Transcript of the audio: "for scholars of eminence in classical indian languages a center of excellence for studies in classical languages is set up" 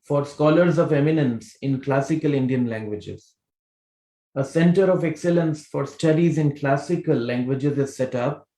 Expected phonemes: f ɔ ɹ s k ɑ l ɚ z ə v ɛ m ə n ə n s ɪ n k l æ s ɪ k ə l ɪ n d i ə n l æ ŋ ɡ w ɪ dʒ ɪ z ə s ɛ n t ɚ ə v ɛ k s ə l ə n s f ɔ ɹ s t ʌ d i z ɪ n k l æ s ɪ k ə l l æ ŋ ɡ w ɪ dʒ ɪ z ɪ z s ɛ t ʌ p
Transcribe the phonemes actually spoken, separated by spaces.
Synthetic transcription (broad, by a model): f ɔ ɹ s k ɑ l ɚ z ə v ɛ m ə n ə n s ɪ n k l æ s ɪ k ə l ɪ n d i ə n l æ ŋ ɡ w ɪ dʒ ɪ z ə s ɛ n t ɚ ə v ɛ k s ə l ə n s f ɔ ɹ s t ʌ d i z ɪ n k l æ s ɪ k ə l l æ ŋ ɡ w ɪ dʒ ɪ z ɪ z s ɛ t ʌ p